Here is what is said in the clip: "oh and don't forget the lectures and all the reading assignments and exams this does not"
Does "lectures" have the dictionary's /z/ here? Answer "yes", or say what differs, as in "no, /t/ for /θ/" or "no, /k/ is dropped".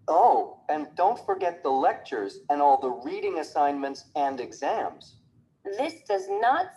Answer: yes